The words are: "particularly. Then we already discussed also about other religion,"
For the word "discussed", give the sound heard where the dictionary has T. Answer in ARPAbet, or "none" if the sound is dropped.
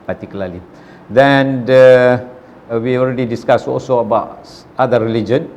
none